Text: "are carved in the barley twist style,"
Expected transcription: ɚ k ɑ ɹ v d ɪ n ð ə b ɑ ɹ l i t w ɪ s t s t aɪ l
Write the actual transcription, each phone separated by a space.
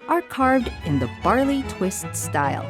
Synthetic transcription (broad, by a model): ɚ k ɑ ɹ v d ɪ n ð ə b ɑ ɹ l i t w ɪ s t s t aɪ l